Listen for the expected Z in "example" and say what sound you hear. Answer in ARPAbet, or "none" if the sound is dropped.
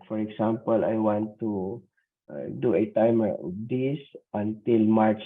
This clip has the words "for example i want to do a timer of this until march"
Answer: S